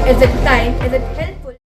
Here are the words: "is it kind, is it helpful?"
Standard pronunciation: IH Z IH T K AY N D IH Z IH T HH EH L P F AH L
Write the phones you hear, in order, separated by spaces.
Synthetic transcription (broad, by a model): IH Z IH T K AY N IH Z IH T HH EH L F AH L